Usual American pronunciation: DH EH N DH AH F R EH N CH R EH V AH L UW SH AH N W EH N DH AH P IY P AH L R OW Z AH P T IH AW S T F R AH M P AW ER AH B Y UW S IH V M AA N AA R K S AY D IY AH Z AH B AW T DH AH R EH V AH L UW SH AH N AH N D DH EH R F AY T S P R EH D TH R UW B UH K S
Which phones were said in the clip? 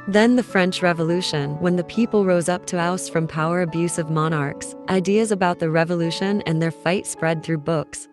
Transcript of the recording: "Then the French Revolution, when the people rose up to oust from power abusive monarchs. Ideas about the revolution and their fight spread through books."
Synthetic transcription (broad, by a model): DH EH N DH AH F R EH N CH R EH V AH L UW SH AH N W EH N DH AH P IY P L R OW Z AH P T IH AW S F R AH M P AW ER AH B Y UW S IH V M AA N AA R K S AY D IY AH Z AH B AW T DH AH R EH V AH L UW SH AH N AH N DH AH R F AY T S P R EH D TH R UW B UH K S